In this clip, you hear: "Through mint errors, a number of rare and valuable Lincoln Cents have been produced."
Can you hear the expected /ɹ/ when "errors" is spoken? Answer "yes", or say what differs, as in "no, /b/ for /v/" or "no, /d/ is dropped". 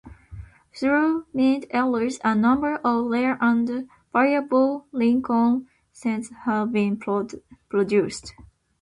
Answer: no, /l/ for /ɹ/